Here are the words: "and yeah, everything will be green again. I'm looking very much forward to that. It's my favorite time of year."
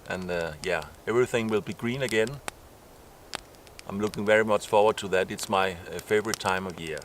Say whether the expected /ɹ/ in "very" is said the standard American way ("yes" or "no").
yes